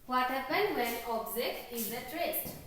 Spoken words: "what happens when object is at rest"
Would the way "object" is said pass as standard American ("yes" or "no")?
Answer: no